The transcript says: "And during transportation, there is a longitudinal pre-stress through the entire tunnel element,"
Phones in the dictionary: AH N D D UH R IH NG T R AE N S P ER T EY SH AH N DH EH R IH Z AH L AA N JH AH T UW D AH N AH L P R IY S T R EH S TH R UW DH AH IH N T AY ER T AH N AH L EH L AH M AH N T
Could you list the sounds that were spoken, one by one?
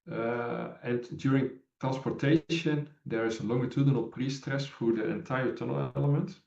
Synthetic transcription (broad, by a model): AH N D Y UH R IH NG T R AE N S P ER T EY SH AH N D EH R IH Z AH L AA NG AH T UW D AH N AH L P R IY S T R EH S F R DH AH IH N T AY ER T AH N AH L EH L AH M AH N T